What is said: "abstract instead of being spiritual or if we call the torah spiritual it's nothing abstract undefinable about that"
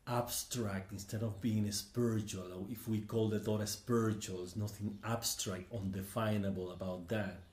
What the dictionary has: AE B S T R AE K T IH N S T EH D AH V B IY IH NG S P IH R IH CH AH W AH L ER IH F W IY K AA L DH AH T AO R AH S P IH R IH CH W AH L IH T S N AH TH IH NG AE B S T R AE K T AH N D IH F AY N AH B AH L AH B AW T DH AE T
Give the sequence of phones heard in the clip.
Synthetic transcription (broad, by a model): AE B S T R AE K T IH N S T EH D AH V B IY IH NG S P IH R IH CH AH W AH L IH F W IY K AA L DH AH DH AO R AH S P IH R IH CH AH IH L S N AH TH IH NG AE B S T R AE K T AH N D IH F AY N AH B AH L AH B AW T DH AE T